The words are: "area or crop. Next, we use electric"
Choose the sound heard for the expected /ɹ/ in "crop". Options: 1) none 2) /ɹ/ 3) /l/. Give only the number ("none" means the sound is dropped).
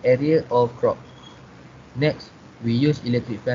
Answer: 2